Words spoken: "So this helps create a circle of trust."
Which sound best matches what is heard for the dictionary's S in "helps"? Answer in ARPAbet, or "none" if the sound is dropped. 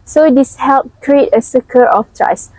none